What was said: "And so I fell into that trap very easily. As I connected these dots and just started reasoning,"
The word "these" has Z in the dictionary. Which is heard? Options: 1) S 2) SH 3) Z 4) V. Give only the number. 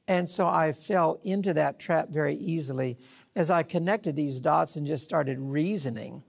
3